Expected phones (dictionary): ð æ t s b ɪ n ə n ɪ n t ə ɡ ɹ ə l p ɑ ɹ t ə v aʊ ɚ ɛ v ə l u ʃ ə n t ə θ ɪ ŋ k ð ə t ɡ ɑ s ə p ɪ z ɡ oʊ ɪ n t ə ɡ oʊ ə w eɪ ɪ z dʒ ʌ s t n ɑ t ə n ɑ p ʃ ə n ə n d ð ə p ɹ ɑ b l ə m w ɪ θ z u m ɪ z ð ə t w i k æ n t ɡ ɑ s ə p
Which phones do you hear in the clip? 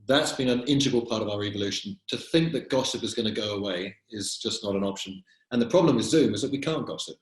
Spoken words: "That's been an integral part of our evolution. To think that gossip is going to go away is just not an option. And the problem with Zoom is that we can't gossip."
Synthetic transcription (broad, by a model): ð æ t s b ɪ n ə n ɪ n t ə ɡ ə l p ɑ ɹ t ə v aʊ ɚ ɛ v ə l u ʃ ə n t ə θ ɪ ŋ k ð ə t ɡ ɑ s ə p ɪ z ɡ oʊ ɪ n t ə ɡ oʊ ə w eɪ ɪ z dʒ ʌ s n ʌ t ə n ɑ p ʃ ə n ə n ð ə p ɹ ɑ b l ə m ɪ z z u m ɪ z ð ə t w i k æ n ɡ ɑ s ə p